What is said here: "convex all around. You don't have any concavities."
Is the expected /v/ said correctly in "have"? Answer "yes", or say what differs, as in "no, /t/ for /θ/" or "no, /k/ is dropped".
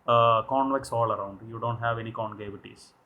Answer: yes